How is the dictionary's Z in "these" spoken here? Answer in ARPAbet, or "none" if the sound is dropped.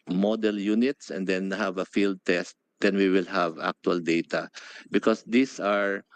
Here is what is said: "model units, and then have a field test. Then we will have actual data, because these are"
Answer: S